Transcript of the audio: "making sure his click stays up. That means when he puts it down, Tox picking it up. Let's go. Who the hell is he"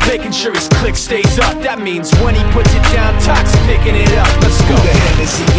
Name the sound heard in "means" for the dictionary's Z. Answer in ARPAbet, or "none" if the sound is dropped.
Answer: Z